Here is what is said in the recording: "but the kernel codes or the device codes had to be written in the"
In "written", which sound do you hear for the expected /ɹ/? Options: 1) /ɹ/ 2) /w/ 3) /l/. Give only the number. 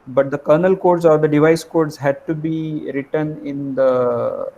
1